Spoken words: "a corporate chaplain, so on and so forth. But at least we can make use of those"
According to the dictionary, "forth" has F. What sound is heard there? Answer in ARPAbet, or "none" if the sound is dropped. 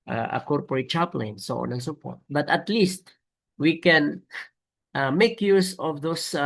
P